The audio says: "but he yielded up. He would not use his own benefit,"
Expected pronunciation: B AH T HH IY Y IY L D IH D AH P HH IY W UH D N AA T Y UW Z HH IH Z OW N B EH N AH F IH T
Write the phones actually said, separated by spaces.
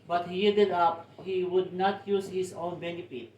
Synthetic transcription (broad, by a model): B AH T HH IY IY D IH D AH P HH IY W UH D N AA T Y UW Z HH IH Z OW N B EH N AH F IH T